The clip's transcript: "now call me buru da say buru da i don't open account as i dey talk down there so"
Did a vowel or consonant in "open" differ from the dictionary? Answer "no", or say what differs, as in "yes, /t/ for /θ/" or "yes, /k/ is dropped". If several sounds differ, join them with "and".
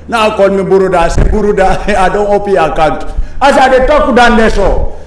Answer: yes, /n/ is dropped